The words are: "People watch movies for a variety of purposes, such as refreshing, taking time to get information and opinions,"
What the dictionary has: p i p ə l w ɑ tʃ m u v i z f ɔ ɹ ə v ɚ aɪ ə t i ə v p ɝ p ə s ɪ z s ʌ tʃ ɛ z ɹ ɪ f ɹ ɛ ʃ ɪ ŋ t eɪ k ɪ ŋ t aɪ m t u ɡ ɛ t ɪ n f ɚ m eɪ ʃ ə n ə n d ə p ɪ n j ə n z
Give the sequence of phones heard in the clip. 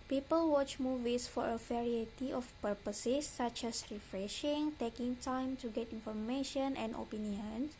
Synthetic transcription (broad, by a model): p i p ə l w ɑ tʃ m u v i s f ɔ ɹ ə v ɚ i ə t i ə f p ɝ p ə s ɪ s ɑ tʃ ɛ s ɹ ɪ f ɹ ɛ ʃ ɪ ŋ t eɪ k ɪ ŋ t aɪ m t u ɡ ɛ t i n f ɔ m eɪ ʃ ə n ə n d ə p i n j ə n